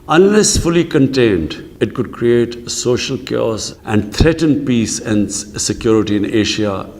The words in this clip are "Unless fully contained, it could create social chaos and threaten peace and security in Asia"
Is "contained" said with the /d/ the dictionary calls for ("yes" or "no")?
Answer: yes